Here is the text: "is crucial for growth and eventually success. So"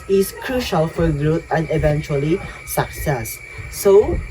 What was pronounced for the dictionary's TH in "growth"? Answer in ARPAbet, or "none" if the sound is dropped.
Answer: T